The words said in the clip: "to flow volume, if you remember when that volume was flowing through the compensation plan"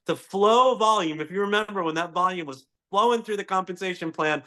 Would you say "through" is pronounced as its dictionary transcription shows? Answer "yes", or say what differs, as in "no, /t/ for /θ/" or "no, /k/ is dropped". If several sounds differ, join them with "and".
yes